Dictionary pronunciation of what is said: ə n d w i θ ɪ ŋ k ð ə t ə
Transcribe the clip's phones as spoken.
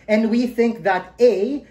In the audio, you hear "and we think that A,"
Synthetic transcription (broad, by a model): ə n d w i θ ɪ ŋ k ð ə t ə